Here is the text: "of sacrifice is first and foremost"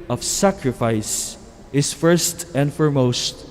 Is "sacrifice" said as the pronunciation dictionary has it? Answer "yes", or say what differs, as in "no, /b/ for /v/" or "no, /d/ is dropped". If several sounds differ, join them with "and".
yes